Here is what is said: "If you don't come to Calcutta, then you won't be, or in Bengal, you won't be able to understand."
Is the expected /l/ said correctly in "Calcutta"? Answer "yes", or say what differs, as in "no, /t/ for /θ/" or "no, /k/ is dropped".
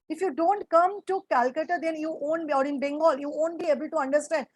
yes